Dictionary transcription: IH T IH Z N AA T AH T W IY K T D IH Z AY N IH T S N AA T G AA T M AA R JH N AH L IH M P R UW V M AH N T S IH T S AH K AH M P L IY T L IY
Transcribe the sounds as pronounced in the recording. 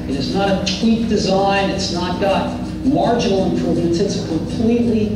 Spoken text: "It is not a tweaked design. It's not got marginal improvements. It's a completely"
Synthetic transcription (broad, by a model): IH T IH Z N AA T AH T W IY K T D IH Z AY N IH T S N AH T G AA T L AA R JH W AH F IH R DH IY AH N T IH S AH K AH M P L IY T L IY